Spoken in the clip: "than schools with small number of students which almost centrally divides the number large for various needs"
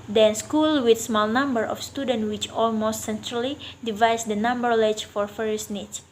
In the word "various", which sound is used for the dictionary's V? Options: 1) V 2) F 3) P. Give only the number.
2